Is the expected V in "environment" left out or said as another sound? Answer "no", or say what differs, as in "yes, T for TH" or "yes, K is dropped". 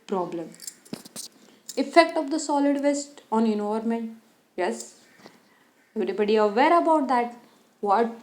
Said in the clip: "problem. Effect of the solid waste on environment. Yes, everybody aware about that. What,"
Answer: yes, V is dropped